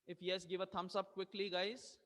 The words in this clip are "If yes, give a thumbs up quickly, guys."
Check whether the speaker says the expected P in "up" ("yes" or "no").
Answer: no